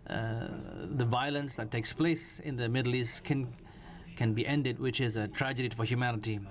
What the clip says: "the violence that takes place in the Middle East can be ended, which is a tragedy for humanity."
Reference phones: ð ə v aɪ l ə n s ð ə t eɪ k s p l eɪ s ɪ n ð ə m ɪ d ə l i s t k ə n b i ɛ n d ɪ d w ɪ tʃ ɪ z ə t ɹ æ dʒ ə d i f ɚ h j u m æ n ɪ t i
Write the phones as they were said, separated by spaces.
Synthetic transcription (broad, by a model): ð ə v aɪ l ə n s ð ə t eɪ k s p l eɪ s ɪ n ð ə m ɪ d ə l i s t k ə n b i ɛ n d ɪ d w ɪ tʃ ɪ z ə t ɹ æ dʒ ə d i f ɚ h j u m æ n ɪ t i